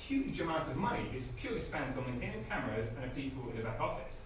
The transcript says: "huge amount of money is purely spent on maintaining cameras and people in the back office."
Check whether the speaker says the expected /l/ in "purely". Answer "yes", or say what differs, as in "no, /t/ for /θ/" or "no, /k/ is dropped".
no, /l/ is dropped